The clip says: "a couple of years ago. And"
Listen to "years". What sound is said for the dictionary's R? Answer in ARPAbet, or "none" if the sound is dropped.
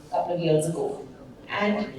L